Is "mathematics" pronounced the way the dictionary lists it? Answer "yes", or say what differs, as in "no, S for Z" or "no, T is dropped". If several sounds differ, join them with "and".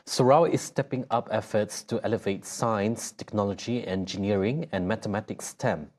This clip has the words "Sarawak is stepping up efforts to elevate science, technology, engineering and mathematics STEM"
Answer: no, T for TH